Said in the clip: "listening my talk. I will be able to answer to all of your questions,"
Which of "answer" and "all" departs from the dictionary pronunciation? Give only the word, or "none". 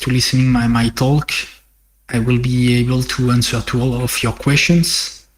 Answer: none